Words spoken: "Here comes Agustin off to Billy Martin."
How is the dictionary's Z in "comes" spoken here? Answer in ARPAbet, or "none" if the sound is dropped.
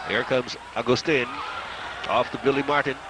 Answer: Z